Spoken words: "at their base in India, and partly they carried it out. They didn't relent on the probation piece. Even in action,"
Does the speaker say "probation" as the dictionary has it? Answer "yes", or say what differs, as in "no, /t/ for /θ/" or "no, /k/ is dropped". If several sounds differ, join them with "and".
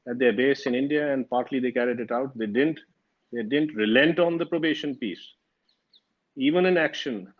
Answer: yes